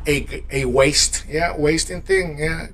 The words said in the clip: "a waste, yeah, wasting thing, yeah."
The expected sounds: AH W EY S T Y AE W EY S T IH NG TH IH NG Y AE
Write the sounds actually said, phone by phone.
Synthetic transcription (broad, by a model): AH W EY S T Y AE W EY S T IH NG TH IH NG Y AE